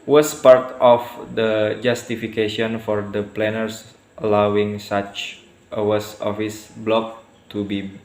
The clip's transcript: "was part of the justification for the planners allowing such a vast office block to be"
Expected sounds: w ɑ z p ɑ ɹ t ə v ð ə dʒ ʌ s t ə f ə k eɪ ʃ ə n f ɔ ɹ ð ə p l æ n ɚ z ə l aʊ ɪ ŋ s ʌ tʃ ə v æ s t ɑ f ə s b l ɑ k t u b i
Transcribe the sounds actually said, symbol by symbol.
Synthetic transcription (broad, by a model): w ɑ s p ɑ ɹ t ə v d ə dʒ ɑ s t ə f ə k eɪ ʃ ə n f ɔ ɹ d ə p l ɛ n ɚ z ə l aʊ ɪ ŋ s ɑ tʃ ə w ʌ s ɑ f ə s b l ɑ k t u b i